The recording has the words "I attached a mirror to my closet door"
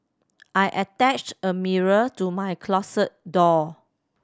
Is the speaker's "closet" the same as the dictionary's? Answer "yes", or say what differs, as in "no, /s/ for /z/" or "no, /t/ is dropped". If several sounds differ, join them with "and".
no, /s/ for /z/